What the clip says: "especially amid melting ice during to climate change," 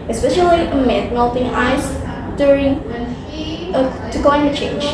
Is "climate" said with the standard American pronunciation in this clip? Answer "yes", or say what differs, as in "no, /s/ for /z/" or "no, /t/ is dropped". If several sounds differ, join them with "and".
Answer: no, /m/ is dropped